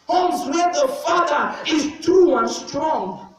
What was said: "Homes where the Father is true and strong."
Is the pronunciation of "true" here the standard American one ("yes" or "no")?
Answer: no